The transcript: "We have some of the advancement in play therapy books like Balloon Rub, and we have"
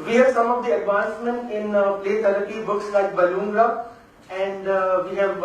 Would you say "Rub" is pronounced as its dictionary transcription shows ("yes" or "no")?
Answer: no